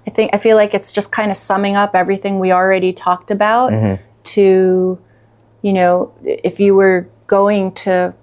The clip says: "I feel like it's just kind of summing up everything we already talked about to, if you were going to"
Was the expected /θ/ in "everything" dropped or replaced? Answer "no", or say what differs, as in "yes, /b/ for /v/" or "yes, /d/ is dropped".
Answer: no